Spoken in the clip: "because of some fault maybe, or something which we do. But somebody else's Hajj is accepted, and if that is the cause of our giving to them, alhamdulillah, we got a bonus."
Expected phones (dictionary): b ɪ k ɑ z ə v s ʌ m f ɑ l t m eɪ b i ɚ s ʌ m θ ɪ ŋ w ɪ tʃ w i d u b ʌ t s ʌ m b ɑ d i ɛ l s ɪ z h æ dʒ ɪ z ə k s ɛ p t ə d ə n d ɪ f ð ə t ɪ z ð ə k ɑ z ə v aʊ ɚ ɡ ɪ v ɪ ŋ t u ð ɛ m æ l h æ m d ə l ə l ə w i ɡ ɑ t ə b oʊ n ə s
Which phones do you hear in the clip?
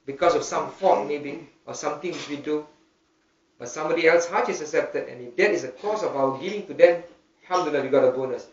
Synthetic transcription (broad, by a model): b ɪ k ɑ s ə f s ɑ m f ɑ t m eɪ b i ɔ s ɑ m t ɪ ŋ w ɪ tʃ w i d u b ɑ t s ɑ m b ɑ d i ɛ l s h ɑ tʃ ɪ s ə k s ɛ p t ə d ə n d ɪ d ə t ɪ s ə k ɑ s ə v aʊ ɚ ɡ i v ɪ ŋ t u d ɛ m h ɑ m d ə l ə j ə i ɡ ɑ t ə b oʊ n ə s